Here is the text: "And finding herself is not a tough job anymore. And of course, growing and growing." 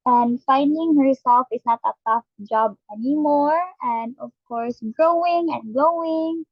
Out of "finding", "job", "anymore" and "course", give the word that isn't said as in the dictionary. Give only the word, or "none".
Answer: none